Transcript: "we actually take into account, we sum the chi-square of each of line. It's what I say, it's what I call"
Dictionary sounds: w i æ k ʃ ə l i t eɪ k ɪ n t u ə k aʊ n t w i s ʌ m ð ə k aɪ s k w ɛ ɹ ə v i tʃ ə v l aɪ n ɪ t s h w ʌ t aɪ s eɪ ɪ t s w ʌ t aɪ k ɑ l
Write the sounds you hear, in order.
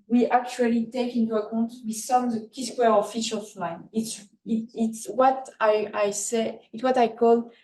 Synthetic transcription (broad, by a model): w i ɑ k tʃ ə l i t eɪ k ɪ n t u ə k aʊ n t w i s ʌ m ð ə k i s k w ɛ ɹ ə f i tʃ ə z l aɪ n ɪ t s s w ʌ t aɪ s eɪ ɪ t s w ʌ t aɪ k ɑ l